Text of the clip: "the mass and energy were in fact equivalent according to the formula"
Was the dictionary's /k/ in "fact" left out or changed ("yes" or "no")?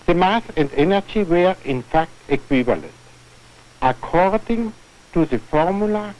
no